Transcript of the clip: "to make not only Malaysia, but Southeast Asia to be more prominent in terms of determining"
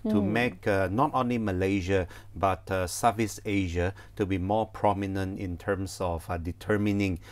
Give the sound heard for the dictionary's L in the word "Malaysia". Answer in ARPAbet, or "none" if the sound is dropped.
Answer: L